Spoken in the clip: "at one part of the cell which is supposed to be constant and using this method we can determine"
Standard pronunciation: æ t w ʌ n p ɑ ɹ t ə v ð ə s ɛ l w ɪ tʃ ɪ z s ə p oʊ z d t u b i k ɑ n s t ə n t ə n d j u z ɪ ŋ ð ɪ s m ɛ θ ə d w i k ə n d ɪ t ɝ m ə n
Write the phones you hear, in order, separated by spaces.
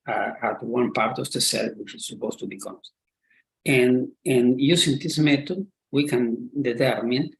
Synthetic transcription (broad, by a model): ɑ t w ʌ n p ɑ ɹ t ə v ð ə s ɛ l w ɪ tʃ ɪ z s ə p oʊ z t u b i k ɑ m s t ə n ə n j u s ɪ ŋ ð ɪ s m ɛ t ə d w i k ə n d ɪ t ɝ m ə n